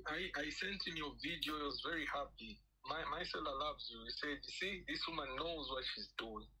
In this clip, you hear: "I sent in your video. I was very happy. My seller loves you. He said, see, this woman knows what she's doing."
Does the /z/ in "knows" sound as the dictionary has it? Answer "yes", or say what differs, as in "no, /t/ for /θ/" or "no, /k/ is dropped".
yes